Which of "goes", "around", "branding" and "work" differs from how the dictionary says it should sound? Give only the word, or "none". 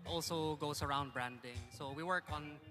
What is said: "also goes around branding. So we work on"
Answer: goes